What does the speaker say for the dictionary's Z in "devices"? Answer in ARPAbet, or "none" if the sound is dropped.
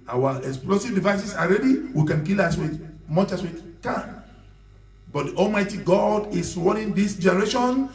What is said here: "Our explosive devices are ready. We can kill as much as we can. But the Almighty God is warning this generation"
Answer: S